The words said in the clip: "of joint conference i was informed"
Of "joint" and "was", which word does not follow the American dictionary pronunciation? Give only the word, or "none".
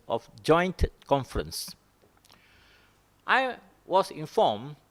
was